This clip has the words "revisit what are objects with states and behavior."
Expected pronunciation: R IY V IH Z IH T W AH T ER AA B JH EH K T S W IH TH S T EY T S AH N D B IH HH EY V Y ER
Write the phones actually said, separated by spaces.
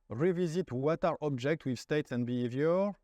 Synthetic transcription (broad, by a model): R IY V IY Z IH T W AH T ER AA B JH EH K T W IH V S T EY T S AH N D B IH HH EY V Y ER